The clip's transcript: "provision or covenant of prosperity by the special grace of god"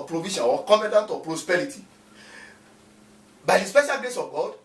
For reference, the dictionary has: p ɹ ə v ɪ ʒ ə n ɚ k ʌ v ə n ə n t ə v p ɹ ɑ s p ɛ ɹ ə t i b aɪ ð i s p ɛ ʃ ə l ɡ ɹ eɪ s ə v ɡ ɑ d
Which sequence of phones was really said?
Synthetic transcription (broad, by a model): p ɹ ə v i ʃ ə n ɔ k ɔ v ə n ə n t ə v p ɹ ɑ s p ɛ ɹ ə t i b aɪ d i s p ɛ ʃ ə l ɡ l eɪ s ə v ɡ ɑ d